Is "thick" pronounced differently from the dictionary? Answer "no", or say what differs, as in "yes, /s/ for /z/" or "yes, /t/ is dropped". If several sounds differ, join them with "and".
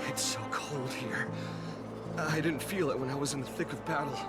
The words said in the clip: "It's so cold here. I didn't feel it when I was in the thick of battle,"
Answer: no